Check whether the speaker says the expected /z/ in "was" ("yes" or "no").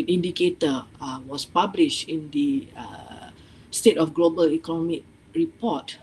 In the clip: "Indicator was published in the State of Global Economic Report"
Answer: no